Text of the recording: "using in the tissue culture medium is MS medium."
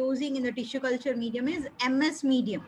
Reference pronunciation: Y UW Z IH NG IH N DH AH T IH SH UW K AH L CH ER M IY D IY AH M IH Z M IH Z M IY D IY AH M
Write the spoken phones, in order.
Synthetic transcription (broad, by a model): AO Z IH NG IH N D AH T IH SH UW K AH L CH ER M IY D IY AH M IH Z M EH S M IY D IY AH M